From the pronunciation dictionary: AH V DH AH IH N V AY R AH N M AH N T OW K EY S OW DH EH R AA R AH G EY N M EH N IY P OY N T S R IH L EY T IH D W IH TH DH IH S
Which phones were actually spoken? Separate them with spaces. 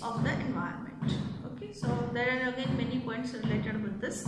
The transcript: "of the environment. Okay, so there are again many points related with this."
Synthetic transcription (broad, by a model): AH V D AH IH N V AY AH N M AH N T OW K EY S OW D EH R AA R AH G EY N M EH N IY P OY N T S R IH L EY T IH D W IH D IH S